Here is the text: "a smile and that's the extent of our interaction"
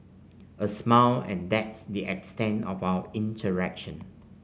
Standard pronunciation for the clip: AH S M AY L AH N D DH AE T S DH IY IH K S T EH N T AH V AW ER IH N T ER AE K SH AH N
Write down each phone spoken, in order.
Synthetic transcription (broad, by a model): AH S M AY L AH N D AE T S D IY IH K S T EH N T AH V AW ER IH N T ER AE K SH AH N